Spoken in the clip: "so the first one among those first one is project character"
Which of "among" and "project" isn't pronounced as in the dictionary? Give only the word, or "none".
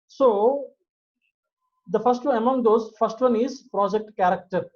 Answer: none